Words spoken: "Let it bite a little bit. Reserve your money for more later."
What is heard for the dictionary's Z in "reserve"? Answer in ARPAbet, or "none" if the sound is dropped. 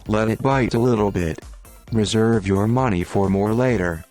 Z